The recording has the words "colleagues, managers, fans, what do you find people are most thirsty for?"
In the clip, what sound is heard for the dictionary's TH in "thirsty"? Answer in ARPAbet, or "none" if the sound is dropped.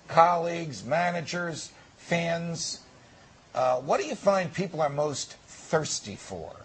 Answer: TH